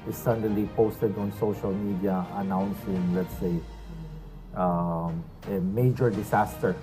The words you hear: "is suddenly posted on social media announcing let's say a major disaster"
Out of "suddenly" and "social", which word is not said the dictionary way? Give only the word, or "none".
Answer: suddenly